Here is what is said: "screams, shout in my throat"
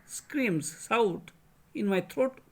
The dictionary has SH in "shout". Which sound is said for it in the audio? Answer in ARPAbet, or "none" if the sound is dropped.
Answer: S